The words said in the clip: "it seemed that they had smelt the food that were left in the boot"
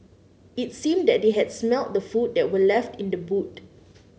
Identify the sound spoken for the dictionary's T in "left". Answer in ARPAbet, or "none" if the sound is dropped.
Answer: T